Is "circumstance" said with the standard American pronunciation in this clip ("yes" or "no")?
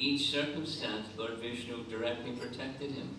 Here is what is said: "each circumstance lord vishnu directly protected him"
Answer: yes